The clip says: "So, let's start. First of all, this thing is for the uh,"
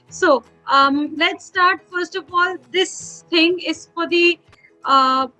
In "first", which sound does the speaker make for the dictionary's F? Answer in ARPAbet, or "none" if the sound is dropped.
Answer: F